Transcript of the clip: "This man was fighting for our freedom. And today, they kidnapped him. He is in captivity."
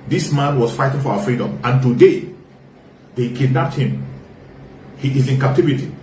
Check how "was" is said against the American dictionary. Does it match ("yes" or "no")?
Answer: no